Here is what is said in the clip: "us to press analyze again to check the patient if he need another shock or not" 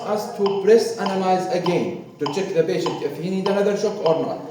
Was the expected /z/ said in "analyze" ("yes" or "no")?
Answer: yes